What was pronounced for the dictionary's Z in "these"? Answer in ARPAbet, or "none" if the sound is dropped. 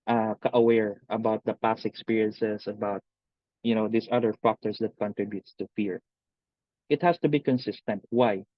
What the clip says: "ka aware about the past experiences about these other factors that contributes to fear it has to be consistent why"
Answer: S